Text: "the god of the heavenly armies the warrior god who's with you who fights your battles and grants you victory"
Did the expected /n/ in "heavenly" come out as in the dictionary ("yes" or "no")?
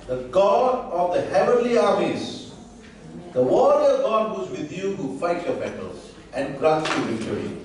yes